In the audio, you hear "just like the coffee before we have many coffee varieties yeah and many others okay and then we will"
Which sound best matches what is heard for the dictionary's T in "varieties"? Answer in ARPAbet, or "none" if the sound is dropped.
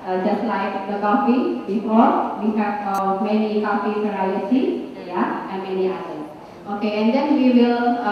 S